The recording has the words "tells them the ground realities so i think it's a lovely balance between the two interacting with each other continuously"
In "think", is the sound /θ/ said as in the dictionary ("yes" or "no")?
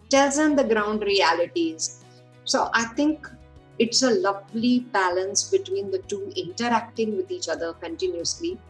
no